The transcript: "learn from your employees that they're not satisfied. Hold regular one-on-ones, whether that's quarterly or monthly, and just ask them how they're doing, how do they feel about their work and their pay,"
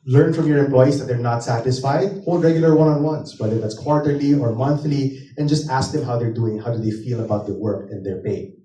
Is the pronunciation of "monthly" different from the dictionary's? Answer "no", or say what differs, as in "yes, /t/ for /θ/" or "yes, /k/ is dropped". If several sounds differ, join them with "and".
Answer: no